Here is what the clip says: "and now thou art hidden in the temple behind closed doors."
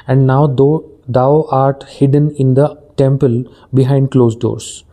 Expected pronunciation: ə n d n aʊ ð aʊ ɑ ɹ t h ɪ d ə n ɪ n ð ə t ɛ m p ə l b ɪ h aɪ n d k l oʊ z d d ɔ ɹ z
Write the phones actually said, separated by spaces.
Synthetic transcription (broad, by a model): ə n d n aʊ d aʊ ɑ ɹ t h ɪ d ə n ɪ n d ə t ɛ m p ə l b ɪ h aɪ n d k l oʊ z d d ɔ ɹ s